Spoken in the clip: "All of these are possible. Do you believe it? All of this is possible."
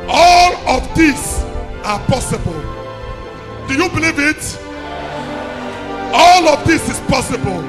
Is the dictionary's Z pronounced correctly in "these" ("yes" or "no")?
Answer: no